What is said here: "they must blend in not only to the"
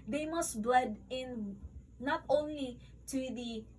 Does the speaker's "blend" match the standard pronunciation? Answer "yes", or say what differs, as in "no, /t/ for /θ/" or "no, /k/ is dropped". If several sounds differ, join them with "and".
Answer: no, /n/ is dropped